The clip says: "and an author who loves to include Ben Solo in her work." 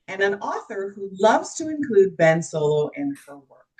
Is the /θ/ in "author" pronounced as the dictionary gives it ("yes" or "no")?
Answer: yes